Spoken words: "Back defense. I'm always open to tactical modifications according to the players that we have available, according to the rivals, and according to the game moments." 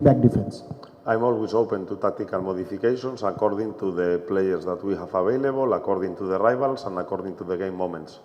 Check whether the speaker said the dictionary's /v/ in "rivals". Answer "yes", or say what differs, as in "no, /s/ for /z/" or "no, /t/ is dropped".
no, /b/ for /v/